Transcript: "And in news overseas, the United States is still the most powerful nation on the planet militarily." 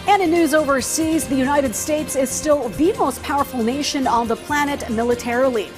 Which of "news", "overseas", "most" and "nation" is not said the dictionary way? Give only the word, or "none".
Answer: none